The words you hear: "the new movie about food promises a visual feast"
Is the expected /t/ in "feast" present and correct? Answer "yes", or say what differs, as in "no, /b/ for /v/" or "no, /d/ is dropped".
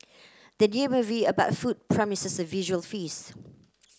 no, /t/ is dropped